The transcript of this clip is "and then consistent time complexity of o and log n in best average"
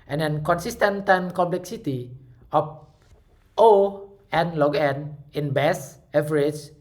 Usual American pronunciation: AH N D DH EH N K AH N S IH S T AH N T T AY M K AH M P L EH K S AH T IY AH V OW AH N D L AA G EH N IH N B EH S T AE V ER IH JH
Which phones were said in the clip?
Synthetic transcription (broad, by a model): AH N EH N K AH N S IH S T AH N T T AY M K AH M P L EH K S AH T IY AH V OW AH N L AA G EH N IH N B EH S EH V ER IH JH